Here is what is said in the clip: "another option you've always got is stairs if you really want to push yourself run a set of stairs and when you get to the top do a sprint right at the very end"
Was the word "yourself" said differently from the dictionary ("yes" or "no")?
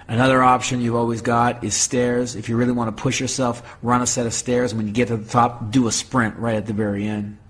no